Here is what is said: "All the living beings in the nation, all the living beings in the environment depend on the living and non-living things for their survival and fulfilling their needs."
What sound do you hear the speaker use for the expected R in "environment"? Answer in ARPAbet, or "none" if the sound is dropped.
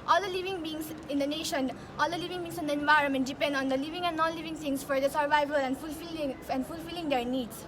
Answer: R